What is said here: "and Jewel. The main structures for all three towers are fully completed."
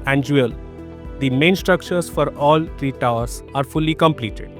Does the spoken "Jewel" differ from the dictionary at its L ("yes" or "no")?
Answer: no